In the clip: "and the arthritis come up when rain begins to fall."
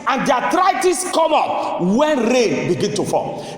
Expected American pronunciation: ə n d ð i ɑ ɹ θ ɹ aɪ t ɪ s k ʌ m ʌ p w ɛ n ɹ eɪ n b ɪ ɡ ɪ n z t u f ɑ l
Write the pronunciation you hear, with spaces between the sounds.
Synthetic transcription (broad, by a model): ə n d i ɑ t ɹ aɪ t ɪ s k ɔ m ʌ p w ɛ n ɹ eɪ n b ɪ ɡ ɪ n t u f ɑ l